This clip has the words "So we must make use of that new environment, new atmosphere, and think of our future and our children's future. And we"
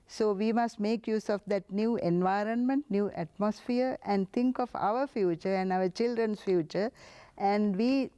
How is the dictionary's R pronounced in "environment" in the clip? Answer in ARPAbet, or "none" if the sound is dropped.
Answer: R